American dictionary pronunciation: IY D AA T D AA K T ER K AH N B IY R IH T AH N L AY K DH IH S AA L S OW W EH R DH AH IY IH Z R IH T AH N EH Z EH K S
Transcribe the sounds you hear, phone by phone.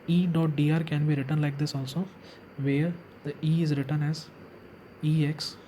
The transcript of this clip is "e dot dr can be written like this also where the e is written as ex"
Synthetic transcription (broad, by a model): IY D AA T D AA T K AH N B IY R IH T AH N L AY K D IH S AA L S OW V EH R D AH IY IH Z R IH T AH N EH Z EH K S